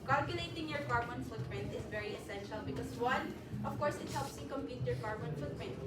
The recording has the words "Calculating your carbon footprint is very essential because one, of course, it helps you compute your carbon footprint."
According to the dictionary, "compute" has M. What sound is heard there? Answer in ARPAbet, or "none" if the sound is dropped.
M